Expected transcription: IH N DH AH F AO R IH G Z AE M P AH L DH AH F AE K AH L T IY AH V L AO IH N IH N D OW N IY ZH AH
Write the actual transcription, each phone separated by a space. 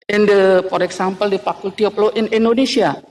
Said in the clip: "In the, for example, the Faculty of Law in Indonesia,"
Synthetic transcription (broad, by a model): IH N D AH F AO R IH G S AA M P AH L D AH F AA K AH L T IY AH P L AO IH N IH N D OW N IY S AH